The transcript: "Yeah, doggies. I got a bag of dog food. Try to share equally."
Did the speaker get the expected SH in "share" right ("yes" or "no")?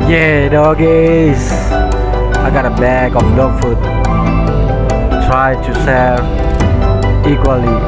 no